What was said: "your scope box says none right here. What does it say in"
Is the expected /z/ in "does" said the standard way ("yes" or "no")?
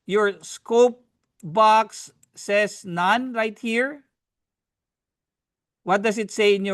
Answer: no